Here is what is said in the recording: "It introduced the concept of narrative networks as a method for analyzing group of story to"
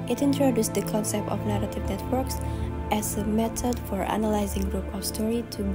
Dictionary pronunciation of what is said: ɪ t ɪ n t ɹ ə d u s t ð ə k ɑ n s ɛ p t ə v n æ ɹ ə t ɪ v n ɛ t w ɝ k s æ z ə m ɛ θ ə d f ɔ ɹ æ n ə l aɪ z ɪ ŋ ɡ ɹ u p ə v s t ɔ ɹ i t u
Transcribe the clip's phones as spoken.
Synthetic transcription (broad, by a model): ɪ t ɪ n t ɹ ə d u s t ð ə k ɑ n s ɛ p t ə v n æ ɹ ə t ɪ v n ɛ t w ɝ k s æ z ə m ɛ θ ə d f ɔ ɹ æ n ə l aɪ z ɪ ŋ ɡ ɹ u p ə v s t ɔ ɹ i t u